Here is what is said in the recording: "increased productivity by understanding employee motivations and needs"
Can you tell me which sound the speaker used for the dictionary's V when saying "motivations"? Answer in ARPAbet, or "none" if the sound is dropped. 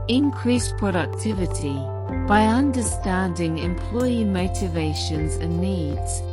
V